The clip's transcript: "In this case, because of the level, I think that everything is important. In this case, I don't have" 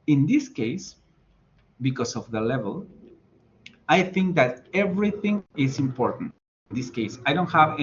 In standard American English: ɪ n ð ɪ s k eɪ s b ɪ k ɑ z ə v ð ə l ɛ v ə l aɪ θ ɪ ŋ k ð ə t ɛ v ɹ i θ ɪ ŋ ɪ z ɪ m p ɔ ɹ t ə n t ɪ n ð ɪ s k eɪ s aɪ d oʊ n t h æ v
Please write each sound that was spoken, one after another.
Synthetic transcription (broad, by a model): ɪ n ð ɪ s k eɪ s b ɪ k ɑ s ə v ð ə l ɛ v ə l aɪ θ ɪ ŋ k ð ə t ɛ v ɹ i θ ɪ ŋ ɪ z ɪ m p ɔ ɹ t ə n t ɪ n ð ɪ s k eɪ s aɪ d oʊ n t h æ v